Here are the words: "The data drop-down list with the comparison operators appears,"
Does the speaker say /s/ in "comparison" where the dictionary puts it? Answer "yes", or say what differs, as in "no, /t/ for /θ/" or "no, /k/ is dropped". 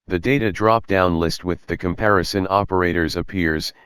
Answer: yes